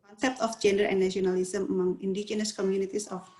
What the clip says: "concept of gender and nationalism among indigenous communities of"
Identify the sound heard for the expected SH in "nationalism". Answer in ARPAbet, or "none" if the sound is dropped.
none